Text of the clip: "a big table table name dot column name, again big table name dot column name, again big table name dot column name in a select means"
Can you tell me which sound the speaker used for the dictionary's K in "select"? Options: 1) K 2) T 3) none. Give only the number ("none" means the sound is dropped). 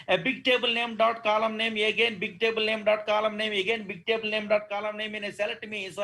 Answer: 3